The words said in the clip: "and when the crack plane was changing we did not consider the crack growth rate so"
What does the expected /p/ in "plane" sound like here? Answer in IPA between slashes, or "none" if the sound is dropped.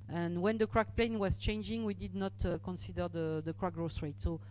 /p/